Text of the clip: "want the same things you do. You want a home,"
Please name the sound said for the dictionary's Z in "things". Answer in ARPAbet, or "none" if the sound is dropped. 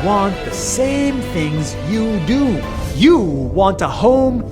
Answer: Z